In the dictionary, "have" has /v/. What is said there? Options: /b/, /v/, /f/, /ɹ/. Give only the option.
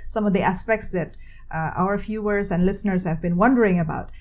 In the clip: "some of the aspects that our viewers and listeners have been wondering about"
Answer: /v/